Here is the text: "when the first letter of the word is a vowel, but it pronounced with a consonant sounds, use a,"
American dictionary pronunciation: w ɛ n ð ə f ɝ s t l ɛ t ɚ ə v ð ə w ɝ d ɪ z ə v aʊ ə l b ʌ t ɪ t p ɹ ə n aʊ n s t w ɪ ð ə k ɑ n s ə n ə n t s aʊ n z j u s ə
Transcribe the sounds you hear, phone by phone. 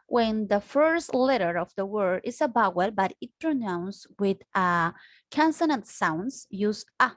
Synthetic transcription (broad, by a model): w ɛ n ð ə f ɝ s t l ɛ t ɚ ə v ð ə w ɝ d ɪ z ə b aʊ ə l b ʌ t ɪ t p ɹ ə n aʊ n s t w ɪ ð ə k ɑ n s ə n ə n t s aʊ n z j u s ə